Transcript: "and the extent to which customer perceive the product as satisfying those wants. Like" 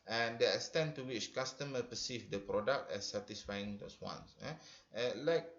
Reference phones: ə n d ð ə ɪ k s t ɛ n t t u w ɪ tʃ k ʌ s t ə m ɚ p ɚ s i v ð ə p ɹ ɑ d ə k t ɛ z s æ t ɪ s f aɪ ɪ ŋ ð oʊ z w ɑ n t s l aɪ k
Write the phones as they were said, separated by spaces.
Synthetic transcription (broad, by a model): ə n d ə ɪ s t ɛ n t t u w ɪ tʃ k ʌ s t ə m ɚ p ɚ s i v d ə p ɹ ɑ d ə k t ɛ s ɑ t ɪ s f aɪ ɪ ŋ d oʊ s w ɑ n s l aɪ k